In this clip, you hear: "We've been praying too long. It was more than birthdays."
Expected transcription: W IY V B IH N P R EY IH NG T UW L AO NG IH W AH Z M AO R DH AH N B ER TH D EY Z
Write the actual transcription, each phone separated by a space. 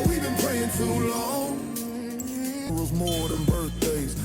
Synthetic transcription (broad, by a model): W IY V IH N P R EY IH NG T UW L AO NG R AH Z M AO R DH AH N B ER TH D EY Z